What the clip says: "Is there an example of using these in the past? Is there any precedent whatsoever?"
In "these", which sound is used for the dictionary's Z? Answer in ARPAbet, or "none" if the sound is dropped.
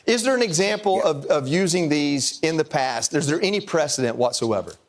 Z